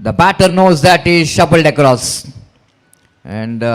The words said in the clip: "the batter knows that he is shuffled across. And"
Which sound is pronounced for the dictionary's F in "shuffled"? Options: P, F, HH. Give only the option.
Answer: P